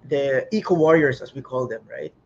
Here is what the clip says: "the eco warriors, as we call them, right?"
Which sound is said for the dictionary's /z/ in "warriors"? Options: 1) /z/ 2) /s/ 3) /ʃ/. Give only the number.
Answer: 2